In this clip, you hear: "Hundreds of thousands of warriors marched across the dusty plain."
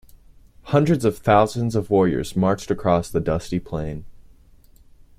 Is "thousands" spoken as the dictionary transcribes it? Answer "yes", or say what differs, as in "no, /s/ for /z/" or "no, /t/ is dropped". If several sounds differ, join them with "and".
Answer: yes